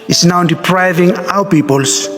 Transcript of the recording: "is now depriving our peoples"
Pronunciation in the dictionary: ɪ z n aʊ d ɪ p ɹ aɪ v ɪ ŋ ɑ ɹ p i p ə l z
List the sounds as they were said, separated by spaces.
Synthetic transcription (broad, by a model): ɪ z n aʊ d ɪ p ɹ aɪ v ɪ ŋ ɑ w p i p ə l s